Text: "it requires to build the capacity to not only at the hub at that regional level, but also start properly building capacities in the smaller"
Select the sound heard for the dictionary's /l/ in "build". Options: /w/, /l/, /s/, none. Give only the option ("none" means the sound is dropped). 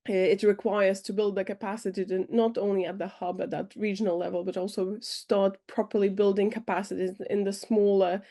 /l/